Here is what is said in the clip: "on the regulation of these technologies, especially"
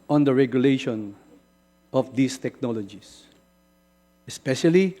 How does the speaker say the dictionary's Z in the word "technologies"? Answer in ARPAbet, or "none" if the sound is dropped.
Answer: S